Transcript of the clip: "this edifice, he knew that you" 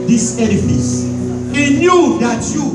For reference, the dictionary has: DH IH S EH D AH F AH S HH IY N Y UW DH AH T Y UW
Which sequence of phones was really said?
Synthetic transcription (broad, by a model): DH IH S EH D AH F AH S HH IY N Y UW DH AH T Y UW